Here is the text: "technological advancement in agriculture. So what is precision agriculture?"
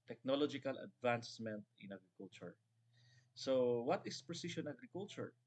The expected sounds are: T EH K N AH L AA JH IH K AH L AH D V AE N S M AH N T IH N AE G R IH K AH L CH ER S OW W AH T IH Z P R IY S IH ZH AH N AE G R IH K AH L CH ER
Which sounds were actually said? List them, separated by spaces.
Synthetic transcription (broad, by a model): T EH K N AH L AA JH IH K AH L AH D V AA N S M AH N T IH N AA G R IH K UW L CH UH S OW W AH T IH S P R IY S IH SH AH N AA G R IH K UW L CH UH